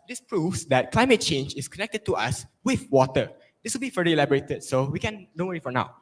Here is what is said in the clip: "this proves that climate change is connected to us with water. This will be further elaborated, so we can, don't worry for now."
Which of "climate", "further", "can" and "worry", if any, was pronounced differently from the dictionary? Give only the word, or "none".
further